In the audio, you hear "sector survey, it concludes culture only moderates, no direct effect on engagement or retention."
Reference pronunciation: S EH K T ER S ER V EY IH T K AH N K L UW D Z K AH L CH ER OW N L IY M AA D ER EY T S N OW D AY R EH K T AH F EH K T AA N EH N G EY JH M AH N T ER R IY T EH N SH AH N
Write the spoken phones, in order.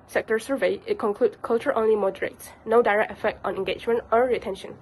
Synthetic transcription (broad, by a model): S EH K T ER S ER V EY IH T K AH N K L UW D K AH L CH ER OW N L IY M AA D ER EY T S N OW D AY R EH K T AH F EH K T AA N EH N G EY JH M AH N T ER R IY T EH N SH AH N